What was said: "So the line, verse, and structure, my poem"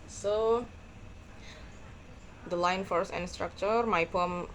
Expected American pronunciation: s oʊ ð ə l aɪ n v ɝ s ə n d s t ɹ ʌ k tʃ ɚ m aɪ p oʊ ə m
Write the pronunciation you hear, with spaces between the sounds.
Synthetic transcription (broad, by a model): s oʊ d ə l aɪ n f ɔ s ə n s t ɹ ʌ k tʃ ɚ m aɪ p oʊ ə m